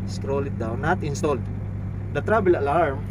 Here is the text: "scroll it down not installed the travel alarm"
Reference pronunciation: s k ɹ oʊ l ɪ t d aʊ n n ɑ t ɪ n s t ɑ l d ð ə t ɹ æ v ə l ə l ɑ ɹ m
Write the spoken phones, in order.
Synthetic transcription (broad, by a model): s k ɹ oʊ l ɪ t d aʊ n n ɑ t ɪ n s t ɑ l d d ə t ɹ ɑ b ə l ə l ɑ ɹ m